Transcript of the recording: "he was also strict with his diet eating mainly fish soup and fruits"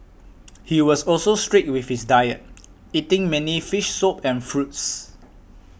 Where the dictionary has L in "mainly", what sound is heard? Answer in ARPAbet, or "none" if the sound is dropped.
none